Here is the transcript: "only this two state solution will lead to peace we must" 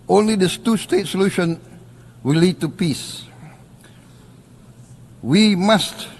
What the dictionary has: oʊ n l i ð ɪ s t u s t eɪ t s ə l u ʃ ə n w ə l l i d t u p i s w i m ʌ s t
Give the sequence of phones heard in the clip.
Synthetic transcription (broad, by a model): oʊ n l i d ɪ s t u s t eɪ t s ə l u ʃ ə n w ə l l i d t u p i s w i m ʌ s t